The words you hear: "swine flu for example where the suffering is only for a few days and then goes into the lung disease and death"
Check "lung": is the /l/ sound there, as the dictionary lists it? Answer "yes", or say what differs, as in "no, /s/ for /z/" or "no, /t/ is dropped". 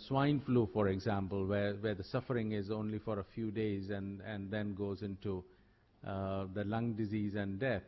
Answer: yes